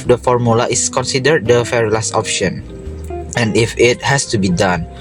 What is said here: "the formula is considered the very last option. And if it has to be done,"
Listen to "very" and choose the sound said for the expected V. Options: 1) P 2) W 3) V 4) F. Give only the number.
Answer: 4